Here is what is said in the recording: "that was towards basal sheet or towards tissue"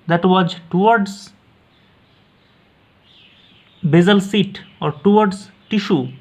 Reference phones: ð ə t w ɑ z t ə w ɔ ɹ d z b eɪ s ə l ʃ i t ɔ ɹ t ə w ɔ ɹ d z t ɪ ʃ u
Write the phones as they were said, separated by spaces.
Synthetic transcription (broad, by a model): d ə t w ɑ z t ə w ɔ ɹ d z b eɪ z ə l s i t ɔ ɹ t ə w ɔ ɹ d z t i ʃ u